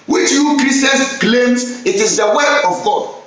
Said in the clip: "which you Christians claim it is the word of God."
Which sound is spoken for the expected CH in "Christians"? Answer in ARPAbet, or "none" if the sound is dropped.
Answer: none